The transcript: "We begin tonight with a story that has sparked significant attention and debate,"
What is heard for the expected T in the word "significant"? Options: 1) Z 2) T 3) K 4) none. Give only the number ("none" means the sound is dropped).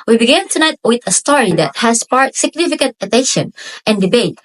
2